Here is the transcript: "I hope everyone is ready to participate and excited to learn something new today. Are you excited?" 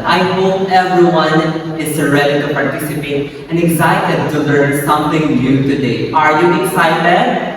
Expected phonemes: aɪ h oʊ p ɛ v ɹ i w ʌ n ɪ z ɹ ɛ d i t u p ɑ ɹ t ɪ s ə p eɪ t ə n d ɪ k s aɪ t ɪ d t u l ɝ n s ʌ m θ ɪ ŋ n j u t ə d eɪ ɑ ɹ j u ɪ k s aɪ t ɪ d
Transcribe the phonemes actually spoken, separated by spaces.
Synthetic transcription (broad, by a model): aɪ h oʊ p ɛ v ɹ i w ʌ n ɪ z ɹ ɛ d i t u p ɑ ɹ t ɪ s ə p eɪ t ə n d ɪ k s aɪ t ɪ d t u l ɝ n s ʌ m t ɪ ŋ n j u t ə d eɪ ɑ ɹ j u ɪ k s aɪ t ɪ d